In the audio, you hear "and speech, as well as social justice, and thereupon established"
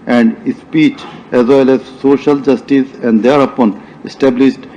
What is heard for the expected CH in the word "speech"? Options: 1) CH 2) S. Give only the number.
1